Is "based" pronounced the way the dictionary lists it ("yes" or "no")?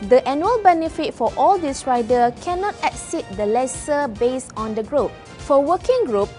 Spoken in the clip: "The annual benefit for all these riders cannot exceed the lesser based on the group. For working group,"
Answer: no